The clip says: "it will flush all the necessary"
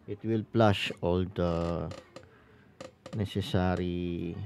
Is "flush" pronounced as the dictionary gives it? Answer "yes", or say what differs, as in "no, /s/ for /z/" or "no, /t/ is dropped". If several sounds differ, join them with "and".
no, /p/ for /f/